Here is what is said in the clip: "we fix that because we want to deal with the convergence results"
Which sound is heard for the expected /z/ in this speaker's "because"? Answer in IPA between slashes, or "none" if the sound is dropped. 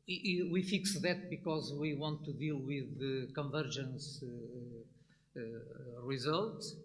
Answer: /z/